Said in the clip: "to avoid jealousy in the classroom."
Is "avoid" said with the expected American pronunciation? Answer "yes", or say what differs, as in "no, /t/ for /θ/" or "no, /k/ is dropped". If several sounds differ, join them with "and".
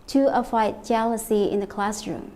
no, /f/ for /v/